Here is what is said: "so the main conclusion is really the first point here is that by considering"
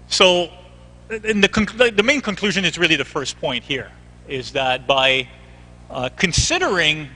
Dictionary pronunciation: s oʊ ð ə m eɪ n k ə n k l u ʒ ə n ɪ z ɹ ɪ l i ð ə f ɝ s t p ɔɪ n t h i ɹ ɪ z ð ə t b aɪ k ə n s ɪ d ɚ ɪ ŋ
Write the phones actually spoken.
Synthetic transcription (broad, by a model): s oʊ ð ə m eɪ n k ə n k l u ʒ ə n ɪ z ɹ ɪ l i ð ə f ɝ s p ɔɪ n t h i ɹ ɪ z ð ə t b aɪ k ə n s ɪ d ɚ ɪ ŋ